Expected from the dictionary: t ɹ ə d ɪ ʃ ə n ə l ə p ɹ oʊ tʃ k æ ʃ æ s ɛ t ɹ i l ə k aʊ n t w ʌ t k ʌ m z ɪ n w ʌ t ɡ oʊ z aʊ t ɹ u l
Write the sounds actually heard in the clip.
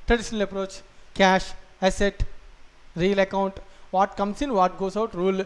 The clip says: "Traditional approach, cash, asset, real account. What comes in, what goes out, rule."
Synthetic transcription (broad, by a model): t ɹ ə d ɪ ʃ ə n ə l ə p ɹ oʊ tʃ k æ ʃ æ s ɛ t ɹ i l ə k aʊ n t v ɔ t k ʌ m s ɪ n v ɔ t ɡ oʊ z aʊ t ɹ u l